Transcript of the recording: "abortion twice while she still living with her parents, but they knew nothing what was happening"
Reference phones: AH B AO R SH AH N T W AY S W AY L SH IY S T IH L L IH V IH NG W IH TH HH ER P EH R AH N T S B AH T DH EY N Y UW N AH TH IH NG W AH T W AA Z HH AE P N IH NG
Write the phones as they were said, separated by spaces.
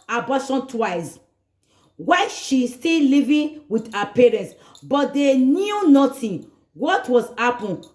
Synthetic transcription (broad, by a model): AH B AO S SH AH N T W AY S W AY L SH IY S T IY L L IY V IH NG W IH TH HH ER P EH R AH N T S B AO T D EY N Y UW N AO T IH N W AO T W AA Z HH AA P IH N